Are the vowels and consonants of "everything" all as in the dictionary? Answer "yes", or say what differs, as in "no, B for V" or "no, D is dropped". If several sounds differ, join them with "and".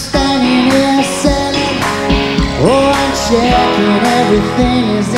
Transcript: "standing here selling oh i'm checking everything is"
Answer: yes